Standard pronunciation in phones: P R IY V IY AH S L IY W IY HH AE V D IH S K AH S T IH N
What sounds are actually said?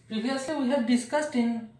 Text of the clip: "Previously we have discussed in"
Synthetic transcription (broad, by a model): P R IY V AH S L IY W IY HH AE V D IH S K AH S T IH N